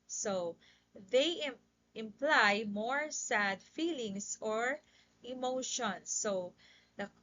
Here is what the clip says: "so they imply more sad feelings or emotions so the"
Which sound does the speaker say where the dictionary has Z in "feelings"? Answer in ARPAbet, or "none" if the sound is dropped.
S